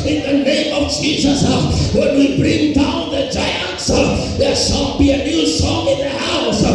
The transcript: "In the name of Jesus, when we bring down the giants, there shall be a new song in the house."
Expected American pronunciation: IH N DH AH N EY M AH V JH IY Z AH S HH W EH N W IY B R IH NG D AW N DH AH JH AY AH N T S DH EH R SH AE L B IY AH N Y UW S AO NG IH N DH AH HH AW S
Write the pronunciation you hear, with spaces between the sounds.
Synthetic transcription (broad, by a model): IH N DH AH N EY M AH V JH IY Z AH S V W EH N W IY B R IH NG D AW N DH AH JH AY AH N T S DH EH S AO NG B IY AH N Y UW S AO NG IH N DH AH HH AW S